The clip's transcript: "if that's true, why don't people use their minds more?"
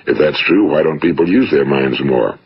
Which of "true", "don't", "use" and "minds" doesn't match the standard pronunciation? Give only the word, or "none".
none